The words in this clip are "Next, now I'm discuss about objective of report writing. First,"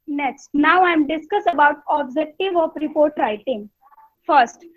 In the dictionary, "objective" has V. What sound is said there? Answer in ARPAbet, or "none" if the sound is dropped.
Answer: V